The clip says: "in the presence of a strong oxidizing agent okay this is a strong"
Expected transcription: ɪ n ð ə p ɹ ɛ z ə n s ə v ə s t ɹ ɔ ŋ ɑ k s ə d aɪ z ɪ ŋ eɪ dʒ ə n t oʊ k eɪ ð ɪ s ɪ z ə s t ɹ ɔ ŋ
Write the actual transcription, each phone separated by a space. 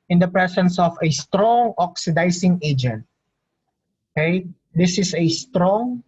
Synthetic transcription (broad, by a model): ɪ n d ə p ɹ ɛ s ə n s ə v ə s t ɹ ɔ ŋ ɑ k s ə d aɪ s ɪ ŋ eɪ dʒ ə n t oʊ k eɪ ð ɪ s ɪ s ə s t ɹ ɔ ŋ